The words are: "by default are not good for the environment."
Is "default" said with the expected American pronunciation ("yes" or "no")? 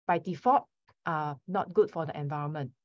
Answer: no